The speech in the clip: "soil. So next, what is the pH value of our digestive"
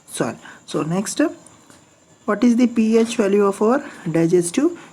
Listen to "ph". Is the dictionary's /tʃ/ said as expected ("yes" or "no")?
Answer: yes